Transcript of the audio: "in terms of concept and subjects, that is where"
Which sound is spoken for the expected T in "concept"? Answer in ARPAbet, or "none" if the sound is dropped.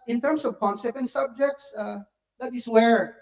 none